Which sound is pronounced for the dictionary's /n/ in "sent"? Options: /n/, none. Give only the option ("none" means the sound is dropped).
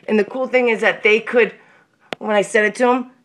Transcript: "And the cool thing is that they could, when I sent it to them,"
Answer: none